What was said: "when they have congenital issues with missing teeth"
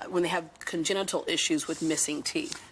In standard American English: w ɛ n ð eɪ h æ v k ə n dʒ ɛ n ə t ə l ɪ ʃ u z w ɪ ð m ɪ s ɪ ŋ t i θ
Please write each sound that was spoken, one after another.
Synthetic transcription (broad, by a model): w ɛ n ð eɪ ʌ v k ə n dʒ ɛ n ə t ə l ɪ ʃ u z w ɪ ð m ɪ s ɪ ŋ t i